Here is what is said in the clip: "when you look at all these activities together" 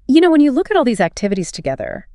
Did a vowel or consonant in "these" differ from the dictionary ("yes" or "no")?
no